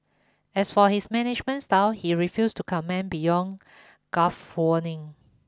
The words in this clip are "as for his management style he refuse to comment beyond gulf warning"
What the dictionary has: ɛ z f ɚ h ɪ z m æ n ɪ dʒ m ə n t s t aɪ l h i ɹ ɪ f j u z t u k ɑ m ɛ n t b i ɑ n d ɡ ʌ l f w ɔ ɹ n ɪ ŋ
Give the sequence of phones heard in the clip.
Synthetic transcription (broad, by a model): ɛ s f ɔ h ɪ s m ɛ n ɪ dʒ m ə n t s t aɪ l h i ɹ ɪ f j u s t u k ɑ m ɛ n b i ɑ n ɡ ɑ f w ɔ n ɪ ŋ